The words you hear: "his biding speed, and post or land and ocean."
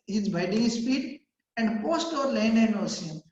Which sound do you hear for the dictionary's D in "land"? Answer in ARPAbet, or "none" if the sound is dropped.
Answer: none